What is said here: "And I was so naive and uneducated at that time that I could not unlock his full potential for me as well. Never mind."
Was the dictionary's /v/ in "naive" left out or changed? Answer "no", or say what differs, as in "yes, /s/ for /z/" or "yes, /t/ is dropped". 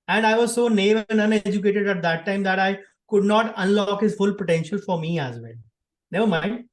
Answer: yes, /v/ is dropped